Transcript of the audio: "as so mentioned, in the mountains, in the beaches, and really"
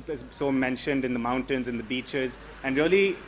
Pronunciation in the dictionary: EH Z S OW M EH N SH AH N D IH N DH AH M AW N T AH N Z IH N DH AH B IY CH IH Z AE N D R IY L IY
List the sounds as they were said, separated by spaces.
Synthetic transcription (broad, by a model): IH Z S OW M EH N SH AH N D IH N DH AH M AW N T AH N Z IH N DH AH B IY CH IH Z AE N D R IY L IY